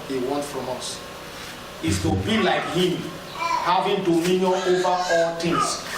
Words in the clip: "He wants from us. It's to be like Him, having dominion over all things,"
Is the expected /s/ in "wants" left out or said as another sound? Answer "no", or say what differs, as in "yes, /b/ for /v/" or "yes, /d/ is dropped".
yes, /s/ is dropped